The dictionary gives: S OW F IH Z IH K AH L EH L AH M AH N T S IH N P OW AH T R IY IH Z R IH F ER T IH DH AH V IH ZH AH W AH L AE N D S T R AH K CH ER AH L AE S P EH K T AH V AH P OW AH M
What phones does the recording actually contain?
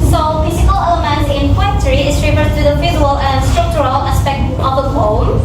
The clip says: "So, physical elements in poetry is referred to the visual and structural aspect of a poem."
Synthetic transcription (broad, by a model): S OW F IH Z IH K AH L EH L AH M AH N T IH N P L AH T R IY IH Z R IH F ER T IH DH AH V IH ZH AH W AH L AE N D S T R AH K CH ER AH L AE S P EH K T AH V AH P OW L